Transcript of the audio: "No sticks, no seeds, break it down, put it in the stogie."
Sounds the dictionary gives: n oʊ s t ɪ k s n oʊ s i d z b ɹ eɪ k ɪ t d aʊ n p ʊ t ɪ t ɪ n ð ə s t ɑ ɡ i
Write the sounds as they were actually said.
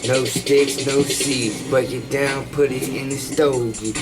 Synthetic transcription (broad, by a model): n oʊ s t ɪ k s n oʊ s i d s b ʌ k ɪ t d aʊ n p ʊ t ɪ t ɪ n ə s t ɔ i